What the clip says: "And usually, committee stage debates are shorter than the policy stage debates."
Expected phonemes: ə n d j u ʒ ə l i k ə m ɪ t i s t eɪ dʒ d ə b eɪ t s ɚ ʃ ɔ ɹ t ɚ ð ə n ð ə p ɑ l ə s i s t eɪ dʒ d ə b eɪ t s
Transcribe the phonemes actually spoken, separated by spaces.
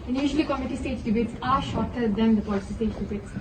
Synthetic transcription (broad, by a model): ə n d j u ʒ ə l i k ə m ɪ t i s t eɪ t d ə b eɪ t s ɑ ʃ ɔ ɹ t ɚ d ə n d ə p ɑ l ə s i s t eɪ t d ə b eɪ t s